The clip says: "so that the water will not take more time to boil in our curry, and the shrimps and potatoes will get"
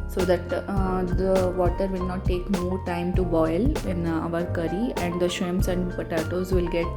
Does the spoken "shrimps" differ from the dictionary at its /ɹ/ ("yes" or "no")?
yes